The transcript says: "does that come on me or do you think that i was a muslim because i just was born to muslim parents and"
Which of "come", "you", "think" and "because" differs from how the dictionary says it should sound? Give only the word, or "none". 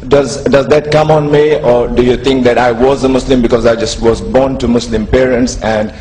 think